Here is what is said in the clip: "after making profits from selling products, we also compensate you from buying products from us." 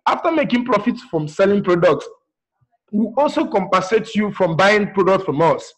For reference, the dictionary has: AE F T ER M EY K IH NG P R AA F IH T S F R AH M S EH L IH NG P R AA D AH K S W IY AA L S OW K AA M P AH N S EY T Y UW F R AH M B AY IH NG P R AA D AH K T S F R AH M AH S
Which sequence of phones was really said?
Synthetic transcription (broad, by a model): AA F T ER M EY K IH NG P R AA F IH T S F R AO M S EH L IH NG P R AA D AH K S W IY AA L S OW K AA M P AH S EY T Y UW F R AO M B AY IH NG P R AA D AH K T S F R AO M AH S